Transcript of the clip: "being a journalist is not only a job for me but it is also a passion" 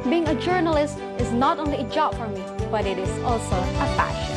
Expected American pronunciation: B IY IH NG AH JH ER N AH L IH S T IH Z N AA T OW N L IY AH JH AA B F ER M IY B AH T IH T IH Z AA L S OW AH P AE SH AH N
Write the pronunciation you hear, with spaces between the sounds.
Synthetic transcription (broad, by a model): B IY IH NG AH JH ER N AH L IH S T IH Z N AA T OW N L IY AH JH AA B F ER M IY B AH T IH T IH Z AA L S OW AH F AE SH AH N